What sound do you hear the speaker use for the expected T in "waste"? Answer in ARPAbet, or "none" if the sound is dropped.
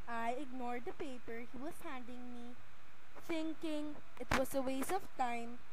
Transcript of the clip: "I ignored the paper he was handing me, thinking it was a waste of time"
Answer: none